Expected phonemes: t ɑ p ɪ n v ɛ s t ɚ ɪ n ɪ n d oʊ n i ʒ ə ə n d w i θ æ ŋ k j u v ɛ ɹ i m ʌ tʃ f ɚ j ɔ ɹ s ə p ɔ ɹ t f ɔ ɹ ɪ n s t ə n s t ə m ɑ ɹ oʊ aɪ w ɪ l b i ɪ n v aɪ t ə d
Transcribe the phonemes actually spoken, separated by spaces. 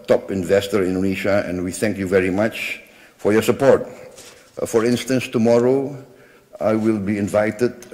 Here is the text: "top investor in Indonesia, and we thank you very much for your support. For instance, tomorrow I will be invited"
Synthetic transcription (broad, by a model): t ɑ p ɪ n v ɛ s t ɚ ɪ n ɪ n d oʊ n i ʃ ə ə n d w i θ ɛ ŋ k j u v ɛ ɹ i m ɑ tʃ f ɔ j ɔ s ə p ɔ ɹ t f ɔ ɹ ɪ n s t ə n s t ə m ɑ ɹ oʊ aɪ w ɪ l b i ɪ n v aɪ t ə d